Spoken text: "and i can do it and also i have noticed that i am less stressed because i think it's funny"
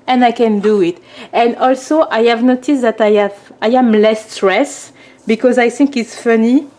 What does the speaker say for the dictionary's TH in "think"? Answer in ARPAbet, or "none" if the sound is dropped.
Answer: TH